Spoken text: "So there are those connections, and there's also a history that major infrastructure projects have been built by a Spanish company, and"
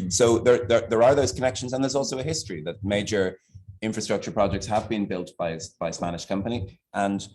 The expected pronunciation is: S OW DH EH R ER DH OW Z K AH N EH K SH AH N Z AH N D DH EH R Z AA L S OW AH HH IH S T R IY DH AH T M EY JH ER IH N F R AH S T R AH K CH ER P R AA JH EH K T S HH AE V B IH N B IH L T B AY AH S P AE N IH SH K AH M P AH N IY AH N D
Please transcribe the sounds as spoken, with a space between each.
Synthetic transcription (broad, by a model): S OW DH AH R ER DH OW Z K AH N EH K SH AH N Z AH N DH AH R Z AA L S OW AH HH IH S T R IY DH AH T M EY JH ER IH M F R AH S T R AH K CH ER P R AA JH EH K T S HH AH V B IH N B IH L T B AY AH S P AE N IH SH K AH M P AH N IY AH N